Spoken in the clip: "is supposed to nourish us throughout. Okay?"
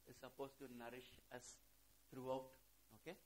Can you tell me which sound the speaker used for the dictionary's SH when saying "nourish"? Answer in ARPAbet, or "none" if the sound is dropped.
SH